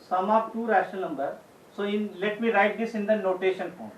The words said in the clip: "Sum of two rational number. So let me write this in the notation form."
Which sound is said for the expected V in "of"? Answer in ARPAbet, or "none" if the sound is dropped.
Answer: P